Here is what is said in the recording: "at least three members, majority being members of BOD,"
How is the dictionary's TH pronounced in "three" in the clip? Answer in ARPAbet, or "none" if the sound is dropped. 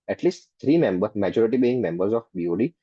T